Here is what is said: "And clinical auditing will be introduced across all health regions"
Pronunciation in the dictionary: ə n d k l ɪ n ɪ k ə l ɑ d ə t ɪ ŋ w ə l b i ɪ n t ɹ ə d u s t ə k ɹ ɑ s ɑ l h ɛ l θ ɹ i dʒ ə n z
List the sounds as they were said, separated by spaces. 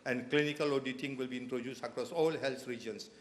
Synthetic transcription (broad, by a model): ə n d k l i n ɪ k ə l ɑ d ə t ɪ ŋ w ə l b i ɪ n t ɹ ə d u s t ə k ɹ ɑ s ɑ l h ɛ l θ ɹ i dʒ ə n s